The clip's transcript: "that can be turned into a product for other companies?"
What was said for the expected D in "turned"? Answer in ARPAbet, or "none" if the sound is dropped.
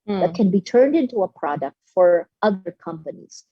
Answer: D